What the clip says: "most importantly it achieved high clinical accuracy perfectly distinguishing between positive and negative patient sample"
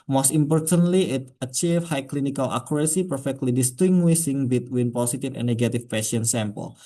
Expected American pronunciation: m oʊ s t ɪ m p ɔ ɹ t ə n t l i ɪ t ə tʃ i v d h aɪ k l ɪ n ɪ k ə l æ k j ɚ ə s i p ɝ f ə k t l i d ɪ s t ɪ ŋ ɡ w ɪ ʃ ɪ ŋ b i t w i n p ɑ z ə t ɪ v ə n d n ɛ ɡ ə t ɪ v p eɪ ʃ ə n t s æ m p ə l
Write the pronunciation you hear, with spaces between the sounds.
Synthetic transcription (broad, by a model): m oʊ s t ɪ m p ɔ ɹ t ə n t l i ɪ t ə tʃ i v h aɪ k l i n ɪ k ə l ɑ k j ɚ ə s i p ɝ f ə k t l i d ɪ s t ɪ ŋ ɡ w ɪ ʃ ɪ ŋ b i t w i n p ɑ s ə t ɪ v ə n n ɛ ɡ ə t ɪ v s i ə n s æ m p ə l